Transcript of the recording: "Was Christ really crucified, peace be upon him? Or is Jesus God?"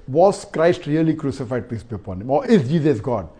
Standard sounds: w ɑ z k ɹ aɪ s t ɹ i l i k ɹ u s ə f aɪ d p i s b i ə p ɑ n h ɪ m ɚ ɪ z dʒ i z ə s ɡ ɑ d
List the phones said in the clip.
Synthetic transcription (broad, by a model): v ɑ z k ɹ aɪ s t ɹ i l i k ɹ u s ə f aɪ d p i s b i ə p ɑ n h ɪ m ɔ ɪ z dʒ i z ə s ɡ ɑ d